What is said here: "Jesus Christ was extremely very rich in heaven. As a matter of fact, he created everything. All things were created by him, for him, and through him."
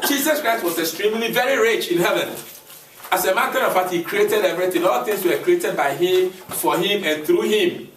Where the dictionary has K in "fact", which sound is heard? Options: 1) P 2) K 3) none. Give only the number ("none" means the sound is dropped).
3